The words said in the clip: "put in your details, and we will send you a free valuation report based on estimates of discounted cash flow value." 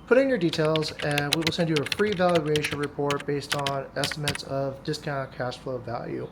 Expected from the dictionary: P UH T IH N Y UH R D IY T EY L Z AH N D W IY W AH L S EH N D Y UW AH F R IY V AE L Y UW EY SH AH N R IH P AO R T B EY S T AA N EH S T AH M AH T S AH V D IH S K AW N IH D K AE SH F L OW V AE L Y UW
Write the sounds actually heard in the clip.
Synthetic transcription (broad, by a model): P UH T IH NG Y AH R D IY T EY L Z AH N W IY W AH L S EH N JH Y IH AH F R IY V AE L Y UW EY SH AH N R IH P AO R T B EY S T N EH S T AH M AH T S AH V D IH S K AW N K AE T F L OW V AE L Y UW